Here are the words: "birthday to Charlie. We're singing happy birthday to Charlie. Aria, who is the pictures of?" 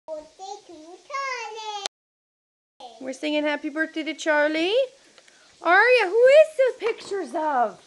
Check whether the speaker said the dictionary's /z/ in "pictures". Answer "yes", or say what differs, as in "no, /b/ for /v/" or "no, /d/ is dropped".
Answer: yes